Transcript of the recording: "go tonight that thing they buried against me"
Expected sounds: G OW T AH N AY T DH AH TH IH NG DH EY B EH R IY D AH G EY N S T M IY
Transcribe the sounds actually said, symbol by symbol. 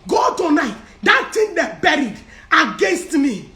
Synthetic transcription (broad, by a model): G OW T AH N AY T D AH T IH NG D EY B EH R IY D AH G EY N S T M IY